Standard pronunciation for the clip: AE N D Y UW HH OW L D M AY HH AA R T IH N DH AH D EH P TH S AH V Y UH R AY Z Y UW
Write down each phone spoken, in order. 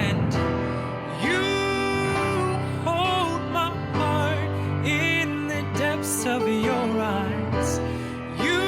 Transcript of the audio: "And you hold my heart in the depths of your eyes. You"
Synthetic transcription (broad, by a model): N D Y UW HH OW L D M AY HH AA R T IH N DH AH D EH P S AH V Y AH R AY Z Y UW